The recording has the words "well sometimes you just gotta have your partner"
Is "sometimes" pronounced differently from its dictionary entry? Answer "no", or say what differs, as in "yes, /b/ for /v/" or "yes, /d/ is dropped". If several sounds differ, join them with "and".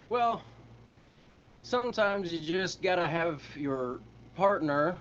no